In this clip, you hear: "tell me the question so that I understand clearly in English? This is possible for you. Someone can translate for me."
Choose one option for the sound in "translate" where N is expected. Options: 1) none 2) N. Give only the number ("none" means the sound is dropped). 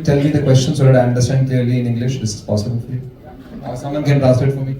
1